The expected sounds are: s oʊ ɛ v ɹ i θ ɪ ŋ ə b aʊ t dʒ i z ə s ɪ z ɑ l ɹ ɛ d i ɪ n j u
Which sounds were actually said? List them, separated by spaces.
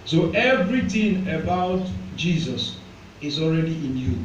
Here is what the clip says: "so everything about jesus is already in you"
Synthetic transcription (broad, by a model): s oʊ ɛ v ɹ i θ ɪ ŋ ə b aʊ t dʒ i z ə s ɪ z ɑ l ɹ ɛ d i ɪ n j u